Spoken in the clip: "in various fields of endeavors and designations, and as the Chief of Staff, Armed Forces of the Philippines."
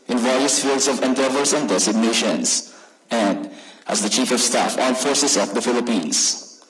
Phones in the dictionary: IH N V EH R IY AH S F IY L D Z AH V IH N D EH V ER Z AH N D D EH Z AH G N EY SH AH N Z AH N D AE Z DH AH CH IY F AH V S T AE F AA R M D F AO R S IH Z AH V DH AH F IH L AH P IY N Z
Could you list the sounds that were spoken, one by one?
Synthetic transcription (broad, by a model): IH N V EH R IY AH S F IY L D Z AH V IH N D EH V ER S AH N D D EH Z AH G N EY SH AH N S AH N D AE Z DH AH CH IY F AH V S T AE F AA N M F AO R S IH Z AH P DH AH F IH L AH P IY N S